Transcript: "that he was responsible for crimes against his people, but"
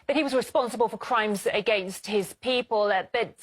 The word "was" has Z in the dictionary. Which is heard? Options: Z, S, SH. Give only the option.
Z